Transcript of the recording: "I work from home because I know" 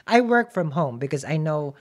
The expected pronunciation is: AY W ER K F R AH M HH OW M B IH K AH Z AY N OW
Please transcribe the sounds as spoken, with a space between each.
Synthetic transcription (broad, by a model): AY W ER K F R AH M HH OW M B IH K AH Z AY N OW